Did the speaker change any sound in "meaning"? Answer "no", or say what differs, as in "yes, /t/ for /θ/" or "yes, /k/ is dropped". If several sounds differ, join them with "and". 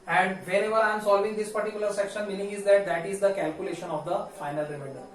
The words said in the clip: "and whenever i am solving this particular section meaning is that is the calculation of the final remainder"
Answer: yes, /l/ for /n/